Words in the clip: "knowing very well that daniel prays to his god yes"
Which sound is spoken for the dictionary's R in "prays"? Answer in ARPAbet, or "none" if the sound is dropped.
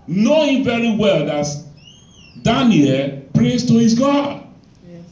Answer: R